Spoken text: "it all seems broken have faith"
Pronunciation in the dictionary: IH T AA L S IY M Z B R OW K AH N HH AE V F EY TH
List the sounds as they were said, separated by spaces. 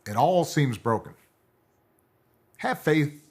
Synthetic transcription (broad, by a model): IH T AA L S IY M Z B R OW K AH N HH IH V F EY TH